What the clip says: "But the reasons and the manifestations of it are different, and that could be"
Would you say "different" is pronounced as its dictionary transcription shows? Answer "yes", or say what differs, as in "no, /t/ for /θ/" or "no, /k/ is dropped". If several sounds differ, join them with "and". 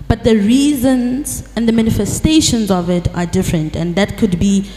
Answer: yes